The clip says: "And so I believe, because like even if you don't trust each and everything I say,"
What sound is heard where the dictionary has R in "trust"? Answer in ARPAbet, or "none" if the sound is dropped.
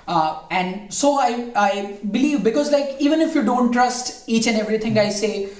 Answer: R